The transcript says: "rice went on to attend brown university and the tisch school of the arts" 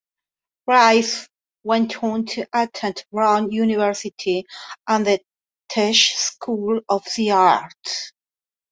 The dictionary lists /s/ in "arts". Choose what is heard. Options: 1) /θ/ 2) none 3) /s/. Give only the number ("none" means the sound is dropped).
2